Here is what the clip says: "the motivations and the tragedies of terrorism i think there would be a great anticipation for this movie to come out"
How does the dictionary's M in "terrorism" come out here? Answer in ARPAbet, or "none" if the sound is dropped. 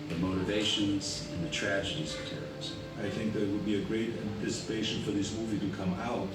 none